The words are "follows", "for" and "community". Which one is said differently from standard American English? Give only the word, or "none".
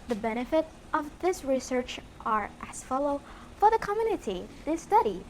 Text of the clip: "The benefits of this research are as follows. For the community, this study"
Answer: follows